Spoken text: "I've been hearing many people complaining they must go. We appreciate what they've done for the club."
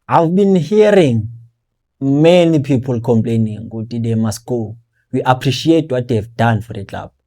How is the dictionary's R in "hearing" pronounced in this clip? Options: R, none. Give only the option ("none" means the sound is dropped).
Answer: R